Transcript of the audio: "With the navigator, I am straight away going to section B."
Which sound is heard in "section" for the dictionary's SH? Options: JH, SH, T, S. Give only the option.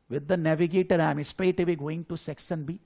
S